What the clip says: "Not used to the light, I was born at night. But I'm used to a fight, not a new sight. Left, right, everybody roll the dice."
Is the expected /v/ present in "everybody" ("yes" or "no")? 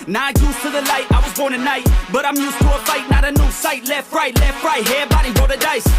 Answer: no